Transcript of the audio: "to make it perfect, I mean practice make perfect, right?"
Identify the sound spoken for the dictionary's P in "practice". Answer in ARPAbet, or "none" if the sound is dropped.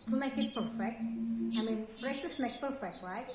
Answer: B